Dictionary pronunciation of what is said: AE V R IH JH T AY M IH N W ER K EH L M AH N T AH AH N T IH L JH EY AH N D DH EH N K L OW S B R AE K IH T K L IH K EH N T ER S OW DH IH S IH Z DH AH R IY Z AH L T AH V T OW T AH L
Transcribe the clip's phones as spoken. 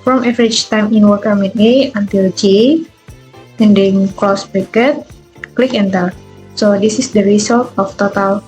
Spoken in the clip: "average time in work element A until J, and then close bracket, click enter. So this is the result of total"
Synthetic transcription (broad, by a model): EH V R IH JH T AY M IH N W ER K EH M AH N AH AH N T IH L JH EY AH N D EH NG K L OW S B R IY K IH T K L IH K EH N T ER S OW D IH S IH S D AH R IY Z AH L T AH F T OW T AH L